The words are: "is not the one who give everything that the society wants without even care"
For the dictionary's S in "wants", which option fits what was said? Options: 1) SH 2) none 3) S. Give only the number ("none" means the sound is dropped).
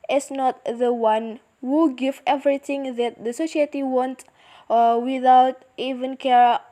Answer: 2